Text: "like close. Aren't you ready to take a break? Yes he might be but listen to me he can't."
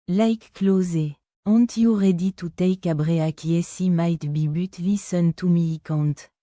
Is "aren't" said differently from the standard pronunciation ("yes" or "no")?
yes